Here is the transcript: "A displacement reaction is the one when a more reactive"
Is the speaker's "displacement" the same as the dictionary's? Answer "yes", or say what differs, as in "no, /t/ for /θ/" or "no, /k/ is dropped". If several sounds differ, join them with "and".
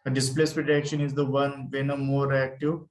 no, /n/ is dropped